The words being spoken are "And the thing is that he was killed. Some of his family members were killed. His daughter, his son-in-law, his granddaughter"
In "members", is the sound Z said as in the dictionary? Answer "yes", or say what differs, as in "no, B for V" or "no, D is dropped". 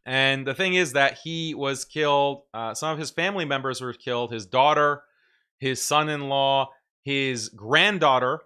yes